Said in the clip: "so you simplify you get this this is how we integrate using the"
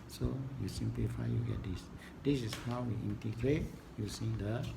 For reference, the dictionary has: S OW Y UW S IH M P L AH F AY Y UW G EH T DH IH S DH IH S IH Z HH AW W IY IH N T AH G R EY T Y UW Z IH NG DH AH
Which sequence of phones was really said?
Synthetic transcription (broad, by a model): S OW Y UW S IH M P L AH F AY Y UW G EH T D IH S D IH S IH S HH AW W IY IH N T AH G R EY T Y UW S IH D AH